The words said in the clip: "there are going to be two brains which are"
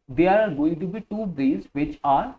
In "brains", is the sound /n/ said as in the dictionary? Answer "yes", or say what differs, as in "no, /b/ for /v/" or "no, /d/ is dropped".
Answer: no, /n/ is dropped